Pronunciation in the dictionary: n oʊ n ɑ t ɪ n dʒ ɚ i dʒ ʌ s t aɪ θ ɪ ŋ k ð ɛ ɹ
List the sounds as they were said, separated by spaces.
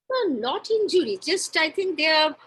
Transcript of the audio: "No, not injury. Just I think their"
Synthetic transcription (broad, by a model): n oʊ n ɑ t ɪ n dʒ ɚ i dʒ ʌ s t aɪ t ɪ ŋ k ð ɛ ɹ